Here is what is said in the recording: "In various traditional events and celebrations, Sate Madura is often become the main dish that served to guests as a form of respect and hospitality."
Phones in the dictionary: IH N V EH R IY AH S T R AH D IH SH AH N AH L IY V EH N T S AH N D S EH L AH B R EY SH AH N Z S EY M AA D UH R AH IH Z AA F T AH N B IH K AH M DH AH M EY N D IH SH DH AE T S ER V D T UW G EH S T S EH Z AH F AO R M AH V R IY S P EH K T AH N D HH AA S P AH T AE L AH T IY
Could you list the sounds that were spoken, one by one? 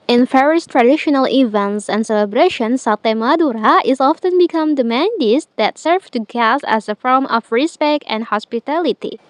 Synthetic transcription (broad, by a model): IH N F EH R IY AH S T R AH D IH SH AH N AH L IY V EH N T S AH N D S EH L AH B R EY SH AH N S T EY M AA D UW R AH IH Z AA F T AH N B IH K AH M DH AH M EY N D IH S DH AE T S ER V T UW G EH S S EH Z AH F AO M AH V R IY S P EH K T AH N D HH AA S P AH T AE L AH T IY